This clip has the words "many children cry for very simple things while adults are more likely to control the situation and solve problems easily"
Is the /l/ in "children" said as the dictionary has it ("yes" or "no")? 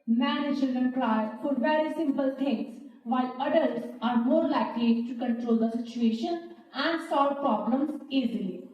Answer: no